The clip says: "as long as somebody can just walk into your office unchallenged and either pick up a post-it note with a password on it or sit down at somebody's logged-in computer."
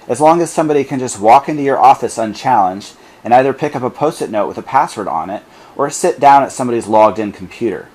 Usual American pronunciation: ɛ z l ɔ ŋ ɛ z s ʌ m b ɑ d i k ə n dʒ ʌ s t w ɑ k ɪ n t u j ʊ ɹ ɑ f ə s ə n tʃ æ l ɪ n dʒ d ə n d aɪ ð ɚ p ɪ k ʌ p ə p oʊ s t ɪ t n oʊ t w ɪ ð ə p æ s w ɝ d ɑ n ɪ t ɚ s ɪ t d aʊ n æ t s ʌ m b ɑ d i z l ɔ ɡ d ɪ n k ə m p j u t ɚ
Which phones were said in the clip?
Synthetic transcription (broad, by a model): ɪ z l ɔ ŋ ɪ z s ʌ m b ɑ d i k ə n dʒ ʌ s t w ɑ k ɪ n t u j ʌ ɹ ɑ f ə s ə n tʃ æ l ɪ n dʒ d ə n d aɪ ð ɚ p ɪ k ʌ p ə p oʊ s t ɪ t n oʊ t w ɪ ð ə p æ s w ɝ d n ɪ t ɚ s ɪ t d aʊ n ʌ t s ʌ m b ɑ d i z l ɔ ɡ d ɪ n k m p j u t ɚ